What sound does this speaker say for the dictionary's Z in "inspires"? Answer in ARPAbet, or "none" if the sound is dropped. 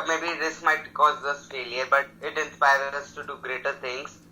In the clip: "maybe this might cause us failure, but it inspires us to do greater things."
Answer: none